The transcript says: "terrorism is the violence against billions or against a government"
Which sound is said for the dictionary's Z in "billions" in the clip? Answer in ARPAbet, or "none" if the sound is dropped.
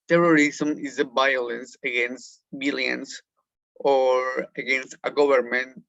S